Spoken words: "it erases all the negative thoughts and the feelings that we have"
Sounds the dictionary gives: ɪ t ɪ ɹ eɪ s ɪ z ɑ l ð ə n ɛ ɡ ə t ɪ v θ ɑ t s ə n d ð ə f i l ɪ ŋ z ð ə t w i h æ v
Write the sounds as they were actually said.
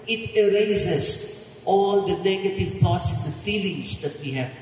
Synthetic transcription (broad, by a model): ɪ t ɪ ɹ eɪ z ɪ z ɑ l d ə n ɛ ɡ ə t ɪ v t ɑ t s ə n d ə f i l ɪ ŋ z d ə t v i h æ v